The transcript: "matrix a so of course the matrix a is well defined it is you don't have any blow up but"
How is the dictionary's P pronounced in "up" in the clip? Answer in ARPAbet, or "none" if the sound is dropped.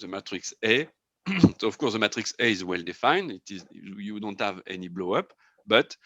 P